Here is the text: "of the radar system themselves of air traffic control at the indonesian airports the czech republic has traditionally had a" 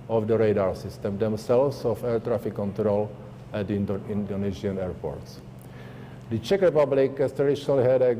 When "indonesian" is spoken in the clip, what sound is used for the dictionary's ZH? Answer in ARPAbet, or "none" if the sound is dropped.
Z